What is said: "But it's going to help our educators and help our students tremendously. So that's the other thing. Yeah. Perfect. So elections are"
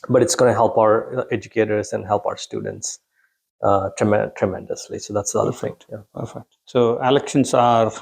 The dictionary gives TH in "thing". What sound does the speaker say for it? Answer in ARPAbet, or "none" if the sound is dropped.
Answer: F